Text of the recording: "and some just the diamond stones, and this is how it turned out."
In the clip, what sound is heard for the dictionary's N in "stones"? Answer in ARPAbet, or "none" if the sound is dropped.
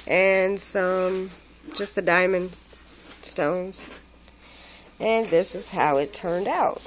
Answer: N